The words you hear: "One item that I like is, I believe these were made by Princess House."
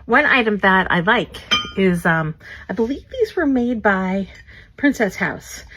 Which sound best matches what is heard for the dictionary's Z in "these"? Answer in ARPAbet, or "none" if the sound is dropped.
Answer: Z